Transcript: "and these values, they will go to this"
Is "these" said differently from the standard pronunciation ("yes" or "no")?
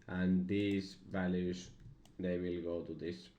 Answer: yes